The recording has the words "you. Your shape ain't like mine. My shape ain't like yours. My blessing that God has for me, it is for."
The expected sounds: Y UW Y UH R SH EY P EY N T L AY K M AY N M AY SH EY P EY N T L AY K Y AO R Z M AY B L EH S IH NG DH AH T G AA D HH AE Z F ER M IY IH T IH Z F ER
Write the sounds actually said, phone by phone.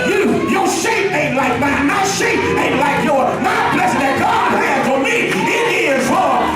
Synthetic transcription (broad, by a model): Y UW Y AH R SH EY P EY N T L AY K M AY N M AY SH EY P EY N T L AY K Y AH R M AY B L EH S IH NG DH AH T G AA D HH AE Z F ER M IY IH T IH Z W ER